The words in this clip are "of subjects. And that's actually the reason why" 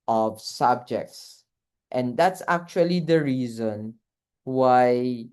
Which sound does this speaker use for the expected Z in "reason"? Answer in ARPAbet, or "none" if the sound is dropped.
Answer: Z